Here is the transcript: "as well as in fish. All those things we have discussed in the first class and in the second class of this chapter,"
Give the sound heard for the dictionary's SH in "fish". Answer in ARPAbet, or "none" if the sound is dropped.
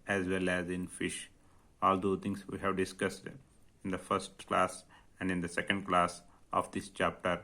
SH